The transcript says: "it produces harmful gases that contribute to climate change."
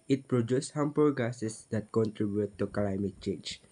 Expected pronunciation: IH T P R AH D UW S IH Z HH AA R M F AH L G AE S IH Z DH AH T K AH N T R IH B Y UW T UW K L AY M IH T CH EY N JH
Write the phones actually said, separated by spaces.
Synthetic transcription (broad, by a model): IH T P R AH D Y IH S HH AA M P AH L G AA S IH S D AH T K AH N T R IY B Y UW T UW K L AY M IH T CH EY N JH